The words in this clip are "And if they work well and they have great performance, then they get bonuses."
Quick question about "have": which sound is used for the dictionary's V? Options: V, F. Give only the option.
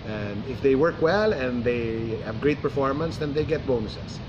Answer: V